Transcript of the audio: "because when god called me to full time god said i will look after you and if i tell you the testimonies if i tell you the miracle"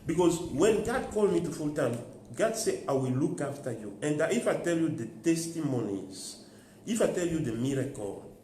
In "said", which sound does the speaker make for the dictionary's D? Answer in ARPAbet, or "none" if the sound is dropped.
none